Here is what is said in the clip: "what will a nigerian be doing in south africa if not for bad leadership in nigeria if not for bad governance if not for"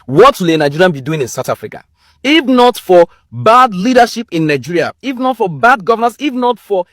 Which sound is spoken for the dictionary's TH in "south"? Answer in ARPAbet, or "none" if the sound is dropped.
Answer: T